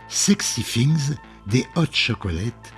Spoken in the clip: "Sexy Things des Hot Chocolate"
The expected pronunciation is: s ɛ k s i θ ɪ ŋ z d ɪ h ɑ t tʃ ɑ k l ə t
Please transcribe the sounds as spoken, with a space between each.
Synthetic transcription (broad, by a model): s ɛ k s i f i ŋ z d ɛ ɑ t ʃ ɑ k l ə t